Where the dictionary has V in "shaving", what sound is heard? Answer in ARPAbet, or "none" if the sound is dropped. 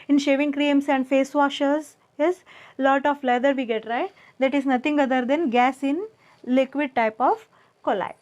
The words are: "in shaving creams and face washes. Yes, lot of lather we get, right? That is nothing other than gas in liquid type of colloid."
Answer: V